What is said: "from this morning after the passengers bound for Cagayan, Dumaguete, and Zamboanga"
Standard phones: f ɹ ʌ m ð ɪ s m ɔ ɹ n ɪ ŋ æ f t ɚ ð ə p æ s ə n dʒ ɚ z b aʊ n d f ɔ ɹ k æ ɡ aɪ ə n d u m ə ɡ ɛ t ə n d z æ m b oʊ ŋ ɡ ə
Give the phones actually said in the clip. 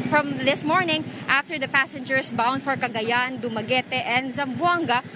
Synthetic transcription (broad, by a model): f ɹ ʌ m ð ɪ s m ɔ ɹ n ɪ ŋ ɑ f t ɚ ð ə p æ s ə n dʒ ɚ s b aʊ n d f ɔ ɹ k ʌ ɡ aɪ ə n d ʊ m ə ɡ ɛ t ə n d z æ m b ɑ ŋ ɡ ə